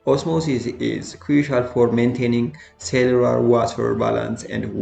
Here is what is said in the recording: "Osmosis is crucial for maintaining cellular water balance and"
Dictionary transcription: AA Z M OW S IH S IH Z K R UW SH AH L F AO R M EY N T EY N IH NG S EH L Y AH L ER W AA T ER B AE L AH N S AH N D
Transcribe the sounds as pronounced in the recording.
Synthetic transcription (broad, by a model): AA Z M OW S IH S IH Z K R UW SH AH L F AO R M EY N T EY N IH NG S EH L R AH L W AA T ER B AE L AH N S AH N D